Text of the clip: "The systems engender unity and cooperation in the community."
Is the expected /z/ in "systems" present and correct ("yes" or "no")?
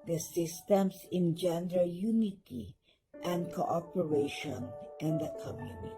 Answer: no